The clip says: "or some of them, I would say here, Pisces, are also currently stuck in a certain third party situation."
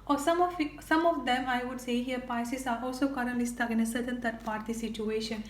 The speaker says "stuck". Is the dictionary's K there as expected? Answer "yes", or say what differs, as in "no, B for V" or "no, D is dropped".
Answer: no, K is dropped